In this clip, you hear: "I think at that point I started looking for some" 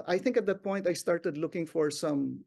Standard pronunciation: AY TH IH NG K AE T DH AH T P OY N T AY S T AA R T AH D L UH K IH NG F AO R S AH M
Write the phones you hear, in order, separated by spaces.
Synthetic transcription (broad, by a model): AY TH IH NG K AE T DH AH T P OY N T AY S T AA R T AH D L UH K IH NG F AO R S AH M